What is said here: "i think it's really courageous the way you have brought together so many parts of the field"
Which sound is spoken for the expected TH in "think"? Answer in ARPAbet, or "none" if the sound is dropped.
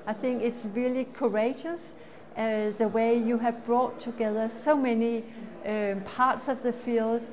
TH